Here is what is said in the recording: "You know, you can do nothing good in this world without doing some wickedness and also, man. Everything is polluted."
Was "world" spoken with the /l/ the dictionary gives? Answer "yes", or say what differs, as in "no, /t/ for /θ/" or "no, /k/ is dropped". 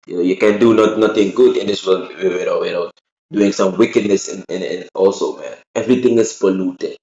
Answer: no, /w/ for /l/